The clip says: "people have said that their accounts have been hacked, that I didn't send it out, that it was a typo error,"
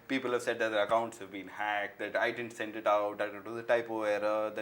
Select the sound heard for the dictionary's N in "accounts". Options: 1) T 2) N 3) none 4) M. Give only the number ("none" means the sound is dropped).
2